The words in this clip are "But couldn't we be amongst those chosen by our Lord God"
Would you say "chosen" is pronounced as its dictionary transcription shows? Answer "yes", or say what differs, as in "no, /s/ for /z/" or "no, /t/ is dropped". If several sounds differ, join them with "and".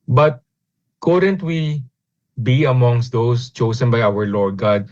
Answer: no, /s/ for /z/